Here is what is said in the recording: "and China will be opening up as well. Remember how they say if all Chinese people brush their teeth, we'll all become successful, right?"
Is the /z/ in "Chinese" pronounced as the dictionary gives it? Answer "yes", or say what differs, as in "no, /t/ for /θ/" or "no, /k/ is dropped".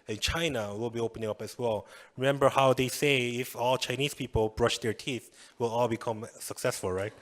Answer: no, /s/ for /z/